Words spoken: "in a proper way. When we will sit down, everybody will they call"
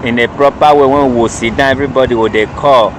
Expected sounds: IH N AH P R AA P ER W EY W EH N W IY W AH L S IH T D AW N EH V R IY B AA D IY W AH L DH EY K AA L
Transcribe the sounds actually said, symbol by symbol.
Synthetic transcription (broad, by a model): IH N AH P R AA P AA W EY W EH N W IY W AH S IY D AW EH V R IY B AA D IY W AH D EY K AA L